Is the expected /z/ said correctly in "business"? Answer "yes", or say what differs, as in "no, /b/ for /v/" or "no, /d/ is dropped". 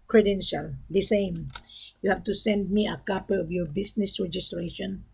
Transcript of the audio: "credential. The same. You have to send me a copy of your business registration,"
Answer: no, /s/ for /z/